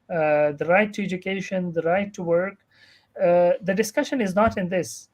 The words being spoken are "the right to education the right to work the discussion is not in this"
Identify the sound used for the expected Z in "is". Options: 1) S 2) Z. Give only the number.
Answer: 2